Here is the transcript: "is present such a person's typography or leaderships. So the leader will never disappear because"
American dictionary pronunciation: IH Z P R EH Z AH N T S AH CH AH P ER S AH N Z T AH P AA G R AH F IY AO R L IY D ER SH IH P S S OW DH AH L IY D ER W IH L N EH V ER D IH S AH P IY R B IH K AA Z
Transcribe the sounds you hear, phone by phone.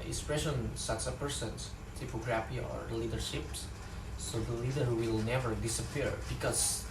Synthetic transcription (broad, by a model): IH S P R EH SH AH N S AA S AH P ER S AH N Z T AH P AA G R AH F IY AO R L IY D ER SH IH P S S OW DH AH L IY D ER W IH L N EH V ER D IH S AH P IY R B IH K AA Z